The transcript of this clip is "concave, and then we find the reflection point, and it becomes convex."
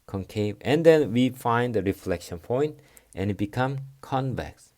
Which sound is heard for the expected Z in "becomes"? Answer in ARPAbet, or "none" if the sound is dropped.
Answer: none